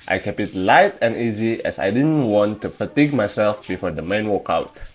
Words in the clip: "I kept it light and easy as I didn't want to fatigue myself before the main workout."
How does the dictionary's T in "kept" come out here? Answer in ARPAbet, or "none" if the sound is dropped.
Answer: none